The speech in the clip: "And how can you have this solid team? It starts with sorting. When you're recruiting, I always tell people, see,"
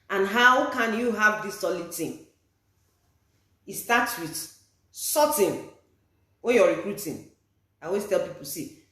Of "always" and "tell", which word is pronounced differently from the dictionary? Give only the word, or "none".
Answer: always